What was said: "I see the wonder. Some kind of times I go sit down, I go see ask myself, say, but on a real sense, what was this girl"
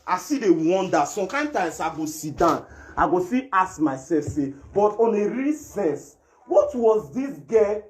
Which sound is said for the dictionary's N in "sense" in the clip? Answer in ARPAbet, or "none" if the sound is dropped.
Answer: none